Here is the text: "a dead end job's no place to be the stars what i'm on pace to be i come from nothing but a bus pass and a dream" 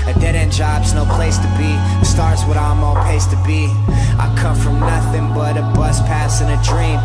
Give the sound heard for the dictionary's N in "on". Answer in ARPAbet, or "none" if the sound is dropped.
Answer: L